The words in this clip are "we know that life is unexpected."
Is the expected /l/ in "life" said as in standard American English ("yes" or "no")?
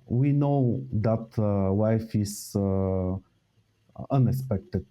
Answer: no